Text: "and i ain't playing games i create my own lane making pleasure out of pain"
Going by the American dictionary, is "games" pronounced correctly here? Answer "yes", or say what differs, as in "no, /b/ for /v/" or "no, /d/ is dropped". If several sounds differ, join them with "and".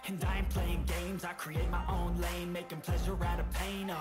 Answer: yes